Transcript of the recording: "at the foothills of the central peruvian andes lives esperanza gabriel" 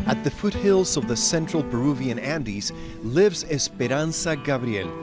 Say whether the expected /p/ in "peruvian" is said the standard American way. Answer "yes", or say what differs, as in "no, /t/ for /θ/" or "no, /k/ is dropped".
no, /b/ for /p/